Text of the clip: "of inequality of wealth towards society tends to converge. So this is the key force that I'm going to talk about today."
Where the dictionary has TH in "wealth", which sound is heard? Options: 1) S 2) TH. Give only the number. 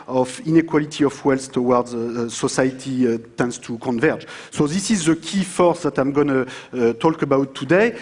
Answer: 1